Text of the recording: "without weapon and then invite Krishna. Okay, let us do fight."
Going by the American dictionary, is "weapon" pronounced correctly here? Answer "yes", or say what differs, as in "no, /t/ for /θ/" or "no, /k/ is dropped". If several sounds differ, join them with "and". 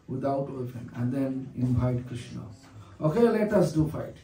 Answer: no, /f/ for /p/